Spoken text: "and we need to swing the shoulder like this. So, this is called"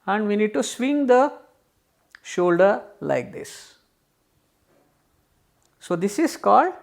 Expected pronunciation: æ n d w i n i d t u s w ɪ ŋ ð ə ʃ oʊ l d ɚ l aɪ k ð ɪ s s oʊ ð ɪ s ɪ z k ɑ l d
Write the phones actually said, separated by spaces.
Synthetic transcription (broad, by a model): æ n d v i n i d t u s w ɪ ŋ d ə ʃ oʊ l d ɚ l aɪ k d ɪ s s oʊ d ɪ s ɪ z k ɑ l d